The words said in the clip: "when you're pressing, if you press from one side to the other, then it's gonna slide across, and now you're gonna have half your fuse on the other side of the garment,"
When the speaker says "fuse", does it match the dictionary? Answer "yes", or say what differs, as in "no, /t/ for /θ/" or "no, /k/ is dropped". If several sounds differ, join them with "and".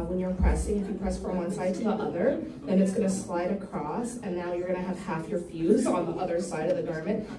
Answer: yes